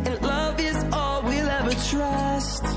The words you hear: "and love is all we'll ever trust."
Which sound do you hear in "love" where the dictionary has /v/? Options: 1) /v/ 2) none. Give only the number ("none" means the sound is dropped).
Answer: 1